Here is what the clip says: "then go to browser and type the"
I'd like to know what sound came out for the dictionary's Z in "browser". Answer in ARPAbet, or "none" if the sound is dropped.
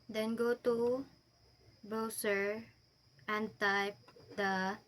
S